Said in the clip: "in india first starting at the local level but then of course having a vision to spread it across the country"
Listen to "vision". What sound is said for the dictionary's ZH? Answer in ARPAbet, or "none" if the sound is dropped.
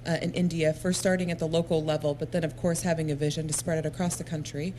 ZH